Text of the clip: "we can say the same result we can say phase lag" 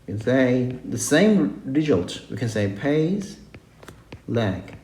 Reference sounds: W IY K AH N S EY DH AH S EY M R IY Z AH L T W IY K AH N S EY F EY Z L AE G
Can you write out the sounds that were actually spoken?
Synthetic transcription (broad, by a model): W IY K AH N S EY DH AH S EY M R IY Z AH L T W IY K AH N S EY P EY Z L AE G